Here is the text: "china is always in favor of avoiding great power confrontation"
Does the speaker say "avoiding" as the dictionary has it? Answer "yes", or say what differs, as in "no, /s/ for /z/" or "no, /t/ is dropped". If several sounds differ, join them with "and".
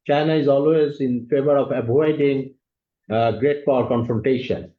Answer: no, /b/ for /v/